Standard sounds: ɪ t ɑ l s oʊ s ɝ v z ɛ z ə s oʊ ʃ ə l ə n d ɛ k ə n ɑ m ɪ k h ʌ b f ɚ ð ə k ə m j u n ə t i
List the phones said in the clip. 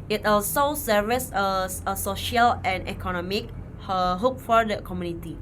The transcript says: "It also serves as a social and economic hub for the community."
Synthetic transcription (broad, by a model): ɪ t ɑ l s oʊ s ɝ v s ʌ ə s oʊ ʃ ə l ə n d ɛ k ə n ɑ m ɪ k h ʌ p f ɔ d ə k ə m j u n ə t i